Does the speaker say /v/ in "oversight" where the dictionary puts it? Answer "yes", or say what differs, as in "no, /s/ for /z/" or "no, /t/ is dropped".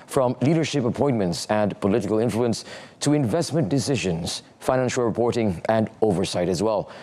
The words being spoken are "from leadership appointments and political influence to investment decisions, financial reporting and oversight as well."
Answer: yes